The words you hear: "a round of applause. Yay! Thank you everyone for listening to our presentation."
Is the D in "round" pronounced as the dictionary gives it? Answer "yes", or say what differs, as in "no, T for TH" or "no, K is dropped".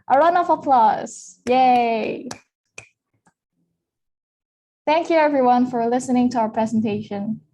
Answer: no, D is dropped